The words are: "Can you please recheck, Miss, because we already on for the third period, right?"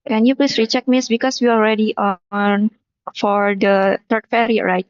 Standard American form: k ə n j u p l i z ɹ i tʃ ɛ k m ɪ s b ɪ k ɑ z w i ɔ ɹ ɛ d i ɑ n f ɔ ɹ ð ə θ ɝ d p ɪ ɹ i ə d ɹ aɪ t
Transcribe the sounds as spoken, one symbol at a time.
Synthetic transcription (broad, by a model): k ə n j u p l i s ɹ i tʃ ɛ k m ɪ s b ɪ k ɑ s w i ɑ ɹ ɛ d i ɑ n f ɔ ɹ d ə t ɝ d f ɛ ɹ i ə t ɹ aɪ t